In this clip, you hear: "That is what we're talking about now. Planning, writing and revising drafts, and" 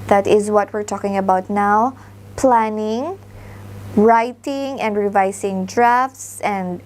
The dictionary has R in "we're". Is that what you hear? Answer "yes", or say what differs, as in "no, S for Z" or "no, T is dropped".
yes